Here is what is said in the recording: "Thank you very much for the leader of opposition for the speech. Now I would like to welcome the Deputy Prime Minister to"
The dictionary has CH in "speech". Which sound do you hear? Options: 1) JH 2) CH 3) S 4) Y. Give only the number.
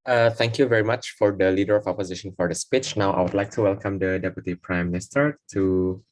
2